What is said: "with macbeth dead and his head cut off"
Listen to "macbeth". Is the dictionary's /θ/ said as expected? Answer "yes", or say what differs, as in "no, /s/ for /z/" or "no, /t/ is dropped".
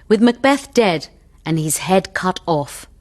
yes